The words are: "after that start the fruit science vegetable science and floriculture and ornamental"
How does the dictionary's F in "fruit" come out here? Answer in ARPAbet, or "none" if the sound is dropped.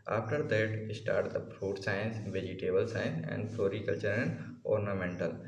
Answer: P